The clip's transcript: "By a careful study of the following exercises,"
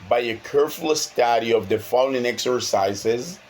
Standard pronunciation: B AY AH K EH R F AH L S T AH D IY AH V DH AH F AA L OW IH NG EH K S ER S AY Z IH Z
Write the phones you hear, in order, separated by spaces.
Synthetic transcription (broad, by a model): B AY AH K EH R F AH S T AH D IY AH V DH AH F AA N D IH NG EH K S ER S AY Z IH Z